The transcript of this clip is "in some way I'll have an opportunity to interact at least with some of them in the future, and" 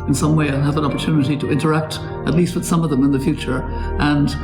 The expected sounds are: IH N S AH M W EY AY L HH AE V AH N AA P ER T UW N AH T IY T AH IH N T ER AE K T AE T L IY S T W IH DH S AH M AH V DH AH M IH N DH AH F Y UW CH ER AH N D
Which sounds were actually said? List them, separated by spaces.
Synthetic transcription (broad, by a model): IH N S AH M W EY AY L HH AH V AH N AA P ER T UW N AH T IY T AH IH N T ER AE K T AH T L IY S T W IH DH S AH M AH V DH AH M IH N DH AH F Y UW CH ER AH N